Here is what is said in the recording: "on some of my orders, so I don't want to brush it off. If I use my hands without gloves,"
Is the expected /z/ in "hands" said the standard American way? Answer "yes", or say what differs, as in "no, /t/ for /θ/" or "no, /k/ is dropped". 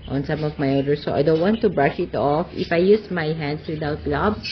no, /s/ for /z/